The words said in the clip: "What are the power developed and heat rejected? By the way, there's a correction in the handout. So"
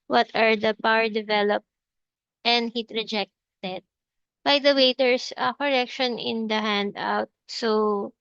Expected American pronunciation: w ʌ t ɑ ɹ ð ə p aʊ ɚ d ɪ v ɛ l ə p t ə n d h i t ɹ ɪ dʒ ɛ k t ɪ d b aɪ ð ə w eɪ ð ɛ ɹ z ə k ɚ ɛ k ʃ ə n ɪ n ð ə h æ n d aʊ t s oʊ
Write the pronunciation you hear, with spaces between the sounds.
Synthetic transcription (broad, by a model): w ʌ t ɑ ɹ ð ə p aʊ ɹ d ɪ v ɛ l ə p t ə n d h i t ɹ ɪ dʒ ɛ k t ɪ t b aɪ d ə w eɪ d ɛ ɹ s ə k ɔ ɛ k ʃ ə n ɪ n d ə h æ n d aʊ t s oʊ